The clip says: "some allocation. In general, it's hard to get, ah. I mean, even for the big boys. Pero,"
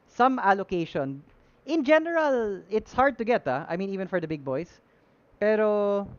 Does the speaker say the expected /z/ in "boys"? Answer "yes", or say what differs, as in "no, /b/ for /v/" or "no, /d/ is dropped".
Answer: no, /s/ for /z/